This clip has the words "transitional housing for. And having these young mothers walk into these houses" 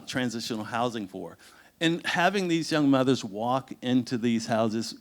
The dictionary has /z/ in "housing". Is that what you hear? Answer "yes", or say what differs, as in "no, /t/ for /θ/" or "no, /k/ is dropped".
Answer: yes